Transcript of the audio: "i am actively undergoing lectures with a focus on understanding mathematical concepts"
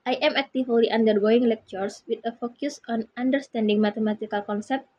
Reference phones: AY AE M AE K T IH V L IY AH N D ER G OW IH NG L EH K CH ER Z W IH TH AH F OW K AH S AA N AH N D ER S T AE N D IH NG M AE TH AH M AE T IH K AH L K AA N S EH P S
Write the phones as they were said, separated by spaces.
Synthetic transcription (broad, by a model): AY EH M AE K T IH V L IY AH N D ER G OW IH NG L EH K CH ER S W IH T AH F OW K AH S AA N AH N D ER S T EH N D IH NG M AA T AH M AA T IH K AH L K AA N S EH P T